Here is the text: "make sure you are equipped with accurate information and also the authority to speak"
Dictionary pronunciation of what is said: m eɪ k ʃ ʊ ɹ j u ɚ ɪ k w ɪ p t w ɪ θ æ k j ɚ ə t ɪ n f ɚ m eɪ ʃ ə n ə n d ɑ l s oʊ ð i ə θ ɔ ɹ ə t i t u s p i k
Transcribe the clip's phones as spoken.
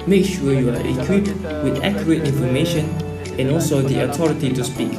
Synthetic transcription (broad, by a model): m eɪ k ʃ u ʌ j u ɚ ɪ k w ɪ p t w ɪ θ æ k j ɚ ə t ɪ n f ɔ m eɪ ʃ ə n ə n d ɑ l s oʊ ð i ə t ɔ ɹ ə t i t u s p i k